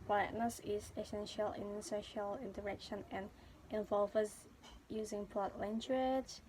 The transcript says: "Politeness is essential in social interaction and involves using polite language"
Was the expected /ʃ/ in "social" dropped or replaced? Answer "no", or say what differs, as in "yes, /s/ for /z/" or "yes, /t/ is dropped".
no